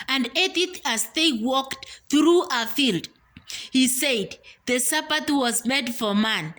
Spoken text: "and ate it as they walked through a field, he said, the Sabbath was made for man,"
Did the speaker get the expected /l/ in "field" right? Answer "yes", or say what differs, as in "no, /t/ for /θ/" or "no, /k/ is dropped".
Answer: yes